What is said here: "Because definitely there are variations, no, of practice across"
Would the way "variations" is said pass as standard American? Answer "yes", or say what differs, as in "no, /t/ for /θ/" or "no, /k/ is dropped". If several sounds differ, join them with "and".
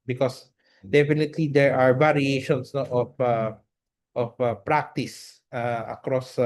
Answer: no, /s/ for /z/